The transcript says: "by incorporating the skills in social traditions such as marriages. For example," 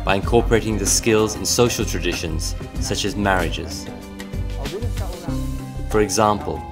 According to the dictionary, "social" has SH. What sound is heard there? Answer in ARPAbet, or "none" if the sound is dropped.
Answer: SH